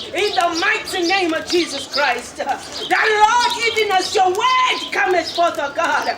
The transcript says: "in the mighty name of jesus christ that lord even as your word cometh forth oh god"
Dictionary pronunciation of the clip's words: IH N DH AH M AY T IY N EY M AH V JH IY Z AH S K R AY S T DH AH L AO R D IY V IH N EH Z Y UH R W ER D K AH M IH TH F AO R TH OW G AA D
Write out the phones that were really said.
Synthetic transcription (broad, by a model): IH N DH AH M AY T IY N EY M AH V JH IY Z AH S K R AY S T DH AH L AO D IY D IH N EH S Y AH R W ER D K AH M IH S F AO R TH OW G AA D